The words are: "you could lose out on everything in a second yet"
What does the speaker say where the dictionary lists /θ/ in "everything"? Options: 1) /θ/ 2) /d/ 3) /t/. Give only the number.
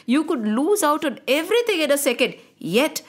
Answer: 3